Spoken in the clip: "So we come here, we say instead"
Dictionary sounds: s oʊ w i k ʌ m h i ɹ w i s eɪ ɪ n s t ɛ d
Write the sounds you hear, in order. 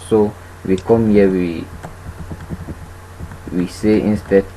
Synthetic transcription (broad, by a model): s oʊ w i k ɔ m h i w w i s eɪ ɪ n s t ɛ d